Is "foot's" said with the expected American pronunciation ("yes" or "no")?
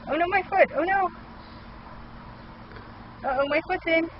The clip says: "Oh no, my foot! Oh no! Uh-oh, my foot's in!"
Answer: no